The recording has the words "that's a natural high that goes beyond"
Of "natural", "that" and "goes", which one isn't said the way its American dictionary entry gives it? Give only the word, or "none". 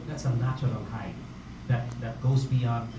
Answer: none